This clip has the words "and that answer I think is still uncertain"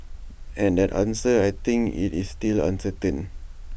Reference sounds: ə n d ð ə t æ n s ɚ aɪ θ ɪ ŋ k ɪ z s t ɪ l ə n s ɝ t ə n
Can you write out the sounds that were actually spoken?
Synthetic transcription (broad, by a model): ə n d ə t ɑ n s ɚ aɪ t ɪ ŋ k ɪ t s t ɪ l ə n s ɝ t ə n